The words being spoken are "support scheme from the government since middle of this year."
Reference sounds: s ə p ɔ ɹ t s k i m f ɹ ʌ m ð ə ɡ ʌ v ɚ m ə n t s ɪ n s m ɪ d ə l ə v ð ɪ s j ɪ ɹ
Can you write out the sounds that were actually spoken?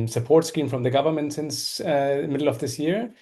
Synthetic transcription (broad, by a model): s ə p ɔ ɹ t s k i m f ɹ ʌ m ð ə ɡ ʌ v ɚ m ə n t s ɪ n s m ɪ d l ə v ð ɪ s j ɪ ɹ